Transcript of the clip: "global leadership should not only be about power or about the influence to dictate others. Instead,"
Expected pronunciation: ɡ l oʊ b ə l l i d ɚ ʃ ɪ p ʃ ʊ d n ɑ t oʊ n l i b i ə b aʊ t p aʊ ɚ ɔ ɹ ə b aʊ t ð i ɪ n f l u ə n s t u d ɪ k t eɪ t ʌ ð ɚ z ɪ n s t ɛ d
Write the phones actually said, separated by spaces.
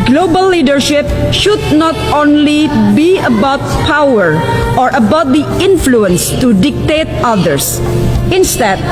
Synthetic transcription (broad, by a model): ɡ l oʊ b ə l l i d ɚ ʃ ɪ p ʃ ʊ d n ɑ t oʊ n l i b i ə b aʊ t p aʊ ɚ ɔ ɹ ə b aʊ t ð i ɪ n f l u ə n s t u d ɪ k t eɪ t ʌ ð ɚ s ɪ n s t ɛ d